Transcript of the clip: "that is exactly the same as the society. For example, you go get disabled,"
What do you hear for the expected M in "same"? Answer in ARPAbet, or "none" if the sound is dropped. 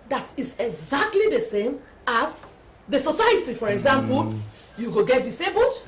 M